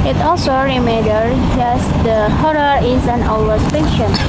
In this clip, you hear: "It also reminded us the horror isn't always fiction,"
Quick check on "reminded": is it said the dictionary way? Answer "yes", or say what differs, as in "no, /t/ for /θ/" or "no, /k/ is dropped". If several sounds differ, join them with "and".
no, /n/ is dropped